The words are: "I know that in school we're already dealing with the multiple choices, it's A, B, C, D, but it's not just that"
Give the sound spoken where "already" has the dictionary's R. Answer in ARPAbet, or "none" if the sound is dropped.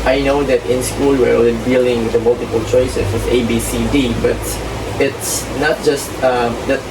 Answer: L